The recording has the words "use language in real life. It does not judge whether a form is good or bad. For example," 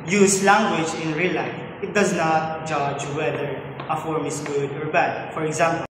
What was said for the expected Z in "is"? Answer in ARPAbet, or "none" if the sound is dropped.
S